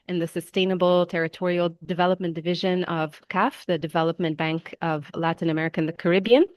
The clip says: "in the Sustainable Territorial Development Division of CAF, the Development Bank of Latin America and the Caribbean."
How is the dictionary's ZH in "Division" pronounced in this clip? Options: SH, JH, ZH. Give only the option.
ZH